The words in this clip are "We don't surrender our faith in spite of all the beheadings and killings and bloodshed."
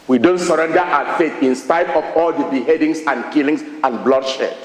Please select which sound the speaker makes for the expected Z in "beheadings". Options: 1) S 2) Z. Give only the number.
1